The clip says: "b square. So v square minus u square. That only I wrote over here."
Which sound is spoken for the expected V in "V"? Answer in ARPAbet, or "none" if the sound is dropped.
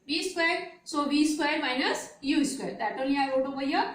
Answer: B